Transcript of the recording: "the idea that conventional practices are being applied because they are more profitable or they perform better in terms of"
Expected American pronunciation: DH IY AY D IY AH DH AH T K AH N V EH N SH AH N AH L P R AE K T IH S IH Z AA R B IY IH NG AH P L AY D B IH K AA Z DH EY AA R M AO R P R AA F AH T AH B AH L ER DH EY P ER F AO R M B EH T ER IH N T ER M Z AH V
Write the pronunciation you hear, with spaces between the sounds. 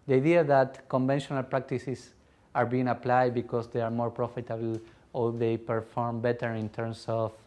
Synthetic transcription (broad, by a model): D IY AY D IY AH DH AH T K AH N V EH N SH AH N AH L P R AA K T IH S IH S AA R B IY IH NG AH P L AY D B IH K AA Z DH EY AA R M AO R P R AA F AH T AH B L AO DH EY P ER F AO R M B EH T ER IH N T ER M S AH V